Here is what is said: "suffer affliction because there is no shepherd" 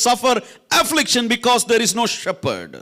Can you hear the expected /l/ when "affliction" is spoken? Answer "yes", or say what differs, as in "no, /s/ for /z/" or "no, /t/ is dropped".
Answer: yes